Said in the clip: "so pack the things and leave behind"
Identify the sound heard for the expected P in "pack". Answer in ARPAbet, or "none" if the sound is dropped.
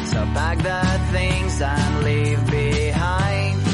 B